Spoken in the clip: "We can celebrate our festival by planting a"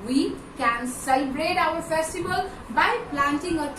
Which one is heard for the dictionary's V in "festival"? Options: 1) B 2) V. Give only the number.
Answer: 1